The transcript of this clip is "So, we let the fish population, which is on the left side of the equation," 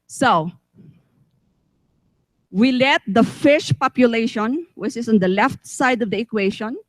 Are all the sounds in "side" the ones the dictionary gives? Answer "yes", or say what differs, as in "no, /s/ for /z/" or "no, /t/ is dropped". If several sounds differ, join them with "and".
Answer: yes